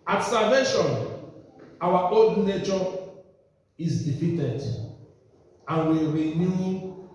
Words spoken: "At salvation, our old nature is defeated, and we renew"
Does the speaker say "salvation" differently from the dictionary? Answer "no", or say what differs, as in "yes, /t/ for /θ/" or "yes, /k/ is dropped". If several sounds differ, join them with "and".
yes, /l/ is dropped